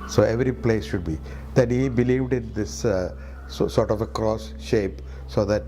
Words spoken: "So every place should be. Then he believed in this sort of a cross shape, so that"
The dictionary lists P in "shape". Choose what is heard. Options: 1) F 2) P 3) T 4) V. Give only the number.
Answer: 2